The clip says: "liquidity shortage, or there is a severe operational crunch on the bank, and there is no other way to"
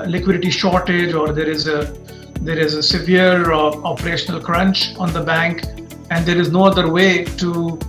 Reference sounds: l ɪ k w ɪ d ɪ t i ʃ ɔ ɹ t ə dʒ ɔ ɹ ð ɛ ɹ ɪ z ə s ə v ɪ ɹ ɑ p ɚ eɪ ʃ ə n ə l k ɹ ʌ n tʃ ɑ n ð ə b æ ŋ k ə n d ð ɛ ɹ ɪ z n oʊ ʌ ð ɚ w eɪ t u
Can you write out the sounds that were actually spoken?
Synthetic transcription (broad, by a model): l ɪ k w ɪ d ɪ t i ʃ ɔ ɹ t ə dʒ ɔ ɹ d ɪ ɹ ɪ z ə s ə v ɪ ɹ ɑ p ɚ eɪ ʃ ə n ə l k ɹ ʌ n tʃ ɑ n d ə b æ ŋ k ə n d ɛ ɹ ɪ z n oʊ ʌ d ɚ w eɪ t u